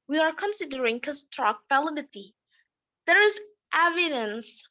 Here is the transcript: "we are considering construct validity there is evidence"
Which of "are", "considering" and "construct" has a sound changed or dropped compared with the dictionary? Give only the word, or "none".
construct